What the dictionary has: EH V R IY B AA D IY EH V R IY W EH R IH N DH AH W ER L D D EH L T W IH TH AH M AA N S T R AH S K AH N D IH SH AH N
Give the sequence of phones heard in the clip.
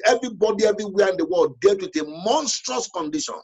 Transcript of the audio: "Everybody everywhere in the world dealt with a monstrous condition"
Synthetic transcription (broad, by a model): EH V R IY B AA D IY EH V R IY W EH IH N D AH W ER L D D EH T W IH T AH M AA N S T R AH S K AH N D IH SH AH N